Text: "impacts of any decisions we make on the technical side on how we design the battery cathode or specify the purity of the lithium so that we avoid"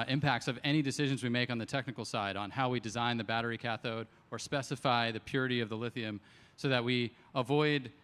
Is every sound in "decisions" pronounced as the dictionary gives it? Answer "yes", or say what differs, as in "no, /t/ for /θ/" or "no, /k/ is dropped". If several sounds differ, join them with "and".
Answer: yes